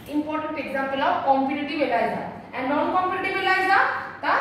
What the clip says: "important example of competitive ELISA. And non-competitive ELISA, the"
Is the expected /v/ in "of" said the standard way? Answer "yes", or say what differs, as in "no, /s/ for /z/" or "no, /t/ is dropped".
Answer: no, /w/ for /v/